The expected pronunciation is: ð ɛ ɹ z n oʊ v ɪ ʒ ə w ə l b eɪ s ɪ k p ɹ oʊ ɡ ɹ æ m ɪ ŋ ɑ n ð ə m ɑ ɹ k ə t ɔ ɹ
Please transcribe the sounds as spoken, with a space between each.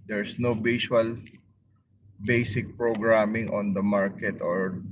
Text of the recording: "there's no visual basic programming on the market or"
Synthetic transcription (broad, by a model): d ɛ ɹ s n oʊ b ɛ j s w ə l b eɪ s ɪ k p ɹ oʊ ɡ ɹ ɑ m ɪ ŋ ɑ n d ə m ɑ ɹ k ə t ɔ ɹ